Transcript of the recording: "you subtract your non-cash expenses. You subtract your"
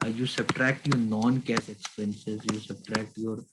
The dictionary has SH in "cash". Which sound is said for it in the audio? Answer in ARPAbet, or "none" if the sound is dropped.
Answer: S